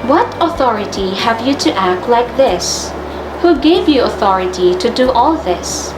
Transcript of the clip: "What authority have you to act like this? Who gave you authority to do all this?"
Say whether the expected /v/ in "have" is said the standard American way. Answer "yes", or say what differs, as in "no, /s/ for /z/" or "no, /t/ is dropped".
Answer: yes